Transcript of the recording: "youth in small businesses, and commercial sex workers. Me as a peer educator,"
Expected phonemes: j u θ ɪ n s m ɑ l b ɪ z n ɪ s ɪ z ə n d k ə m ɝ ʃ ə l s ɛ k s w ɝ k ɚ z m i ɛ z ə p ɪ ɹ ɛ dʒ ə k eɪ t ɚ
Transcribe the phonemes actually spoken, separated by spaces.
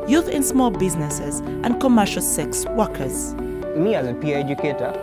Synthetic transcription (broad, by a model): j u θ ɪ n s m ɑ l b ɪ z n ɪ s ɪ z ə n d k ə m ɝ ʃ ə l s ɛ k s w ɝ k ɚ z m i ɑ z p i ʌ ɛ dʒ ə k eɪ t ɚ